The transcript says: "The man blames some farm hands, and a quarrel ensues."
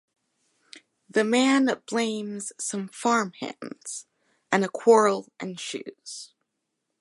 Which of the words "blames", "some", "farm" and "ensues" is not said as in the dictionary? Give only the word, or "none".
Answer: ensues